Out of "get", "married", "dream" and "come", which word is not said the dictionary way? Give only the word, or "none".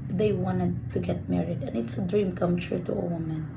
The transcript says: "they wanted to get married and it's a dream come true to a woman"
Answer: none